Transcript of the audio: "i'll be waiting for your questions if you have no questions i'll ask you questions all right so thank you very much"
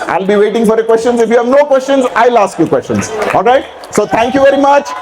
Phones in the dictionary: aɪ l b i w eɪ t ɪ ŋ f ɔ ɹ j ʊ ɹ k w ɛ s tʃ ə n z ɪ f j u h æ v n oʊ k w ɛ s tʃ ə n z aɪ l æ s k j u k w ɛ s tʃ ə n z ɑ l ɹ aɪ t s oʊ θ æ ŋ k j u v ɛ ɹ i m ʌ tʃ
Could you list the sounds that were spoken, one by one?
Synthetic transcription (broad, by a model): aɪ l b i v eɪ t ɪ ŋ f ɔ ɹ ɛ k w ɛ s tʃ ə n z ɪ f j u h æ v n oʊ k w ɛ s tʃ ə n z aɪ l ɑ s k j u k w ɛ s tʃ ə n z ɑ l ɹ aɪ t s oʊ t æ ŋ k j u v ɛ ɹ i m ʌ tʃ